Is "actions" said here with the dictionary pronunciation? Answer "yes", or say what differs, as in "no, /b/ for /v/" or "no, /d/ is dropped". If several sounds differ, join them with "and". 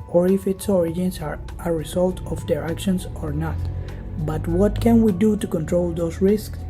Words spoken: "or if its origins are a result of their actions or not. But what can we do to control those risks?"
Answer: no, /s/ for /z/